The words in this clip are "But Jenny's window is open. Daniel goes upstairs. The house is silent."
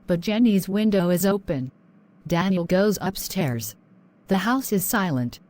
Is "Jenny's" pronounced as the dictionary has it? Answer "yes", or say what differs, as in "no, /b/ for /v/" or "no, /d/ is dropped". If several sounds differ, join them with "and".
yes